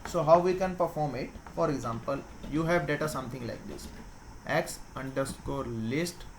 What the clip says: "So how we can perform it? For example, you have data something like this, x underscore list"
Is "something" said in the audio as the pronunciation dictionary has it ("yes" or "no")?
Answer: no